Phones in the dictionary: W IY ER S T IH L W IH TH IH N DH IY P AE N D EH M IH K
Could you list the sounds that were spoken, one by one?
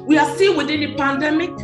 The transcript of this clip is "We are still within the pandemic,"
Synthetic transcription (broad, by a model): W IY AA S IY N W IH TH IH N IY P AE N D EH M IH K